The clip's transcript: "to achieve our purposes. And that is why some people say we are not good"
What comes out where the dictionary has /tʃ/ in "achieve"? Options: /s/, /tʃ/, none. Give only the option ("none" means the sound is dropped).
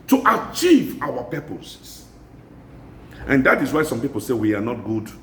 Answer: /tʃ/